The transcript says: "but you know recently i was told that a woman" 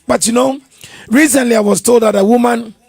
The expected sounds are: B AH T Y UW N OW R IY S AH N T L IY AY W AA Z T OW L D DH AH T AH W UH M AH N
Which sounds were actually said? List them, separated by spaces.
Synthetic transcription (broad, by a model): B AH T Y UW N OW R IY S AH N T L IY AY W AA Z T OW L D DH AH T AH W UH M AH N